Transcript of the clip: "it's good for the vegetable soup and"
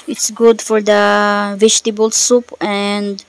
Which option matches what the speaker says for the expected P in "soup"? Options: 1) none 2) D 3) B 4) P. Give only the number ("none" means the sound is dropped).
4